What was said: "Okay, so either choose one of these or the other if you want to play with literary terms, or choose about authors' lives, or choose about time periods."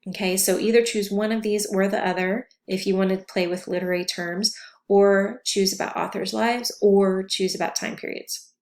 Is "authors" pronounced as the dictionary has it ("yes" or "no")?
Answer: yes